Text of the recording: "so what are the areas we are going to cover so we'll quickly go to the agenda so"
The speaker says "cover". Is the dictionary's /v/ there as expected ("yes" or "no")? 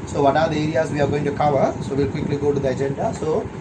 yes